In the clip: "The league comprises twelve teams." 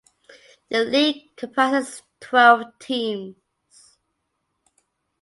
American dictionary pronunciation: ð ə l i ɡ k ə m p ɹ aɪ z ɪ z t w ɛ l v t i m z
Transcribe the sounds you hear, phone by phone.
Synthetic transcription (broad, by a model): ð ə l i ɡ k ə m p aɪ s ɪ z t w ɛ l v t i m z